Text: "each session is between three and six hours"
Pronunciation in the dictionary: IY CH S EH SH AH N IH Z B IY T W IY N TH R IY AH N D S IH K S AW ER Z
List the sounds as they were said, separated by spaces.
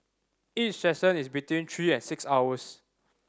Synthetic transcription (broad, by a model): IY CH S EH S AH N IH S B IY T W IY N T R IY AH N S IH K S AW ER S